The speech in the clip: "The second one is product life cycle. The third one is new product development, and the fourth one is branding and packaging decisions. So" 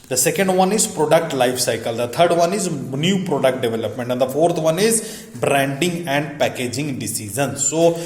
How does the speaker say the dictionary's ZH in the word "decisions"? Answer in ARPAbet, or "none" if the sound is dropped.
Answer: Z